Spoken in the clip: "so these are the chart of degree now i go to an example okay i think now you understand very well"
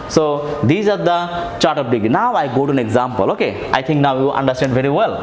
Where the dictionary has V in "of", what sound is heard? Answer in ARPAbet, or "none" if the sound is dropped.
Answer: P